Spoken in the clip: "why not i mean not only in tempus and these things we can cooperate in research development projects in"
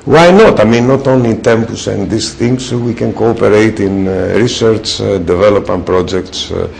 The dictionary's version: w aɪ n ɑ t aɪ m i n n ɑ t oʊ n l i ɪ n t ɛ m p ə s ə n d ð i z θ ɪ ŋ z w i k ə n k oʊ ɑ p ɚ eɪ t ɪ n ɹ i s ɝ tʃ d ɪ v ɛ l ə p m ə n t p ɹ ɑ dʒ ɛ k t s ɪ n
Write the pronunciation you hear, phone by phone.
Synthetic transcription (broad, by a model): w aɪ n ɑ t aɪ m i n n ɑ t oʊ n l i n t ɛ m p ə s ə n d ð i s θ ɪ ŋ s w i k ə n k oʊ ɑ p ɚ eɪ t ɪ n ɹ i s ɝ tʃ d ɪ v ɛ l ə p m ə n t p ɹ ɑ dʒ ɛ k t s